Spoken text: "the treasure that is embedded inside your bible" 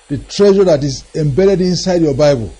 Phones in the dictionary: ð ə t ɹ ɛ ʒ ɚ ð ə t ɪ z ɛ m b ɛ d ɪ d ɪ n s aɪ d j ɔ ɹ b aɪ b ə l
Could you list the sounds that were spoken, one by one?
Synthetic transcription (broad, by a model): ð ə t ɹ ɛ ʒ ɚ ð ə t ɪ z ɛ m b ɛ d ɪ d ɪ n s aɪ d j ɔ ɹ b aɪ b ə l